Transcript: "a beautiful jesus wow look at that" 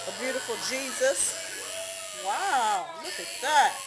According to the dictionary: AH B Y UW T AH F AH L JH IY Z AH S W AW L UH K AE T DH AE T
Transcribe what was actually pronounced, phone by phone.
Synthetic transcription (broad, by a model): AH B Y UW T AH F L JH IY Z AH S W AW L UH K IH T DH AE T